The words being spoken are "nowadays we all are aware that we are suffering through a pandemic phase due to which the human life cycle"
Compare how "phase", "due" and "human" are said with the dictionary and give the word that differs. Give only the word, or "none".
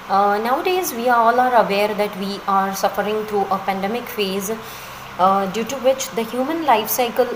none